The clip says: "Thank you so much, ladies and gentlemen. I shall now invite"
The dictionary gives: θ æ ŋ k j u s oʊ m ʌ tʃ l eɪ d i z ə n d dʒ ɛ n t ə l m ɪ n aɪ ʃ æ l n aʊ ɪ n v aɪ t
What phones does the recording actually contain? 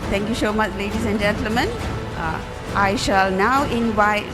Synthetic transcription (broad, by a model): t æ ŋ k j u s oʊ m ʌ tʃ l eɪ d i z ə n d dʒ ɛ n t ə l m ɪ n aɪ ʃ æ l n aʊ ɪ n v aɪ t